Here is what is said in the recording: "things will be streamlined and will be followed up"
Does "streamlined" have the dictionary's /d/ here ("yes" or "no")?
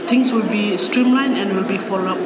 no